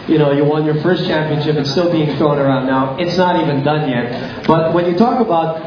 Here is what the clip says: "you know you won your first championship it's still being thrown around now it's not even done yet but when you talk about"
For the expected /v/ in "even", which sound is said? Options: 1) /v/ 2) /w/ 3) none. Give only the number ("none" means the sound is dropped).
1